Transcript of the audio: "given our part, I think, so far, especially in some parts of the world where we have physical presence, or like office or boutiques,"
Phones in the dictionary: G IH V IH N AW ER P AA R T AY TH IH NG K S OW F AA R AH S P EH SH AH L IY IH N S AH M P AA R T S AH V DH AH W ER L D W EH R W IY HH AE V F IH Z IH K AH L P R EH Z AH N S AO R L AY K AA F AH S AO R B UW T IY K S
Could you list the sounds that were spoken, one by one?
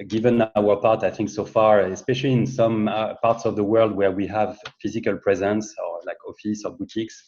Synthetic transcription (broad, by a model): G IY V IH N AW ER P AA R T AY TH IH NG K S OW F AA R AH S P EH SH AH L IY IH N S AH M P AA R T S AH V DH AH W ER L D W EH R W IY HH AE V F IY Z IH K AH L P R EH Z AH N S AO R L AY K AA F AH S AO R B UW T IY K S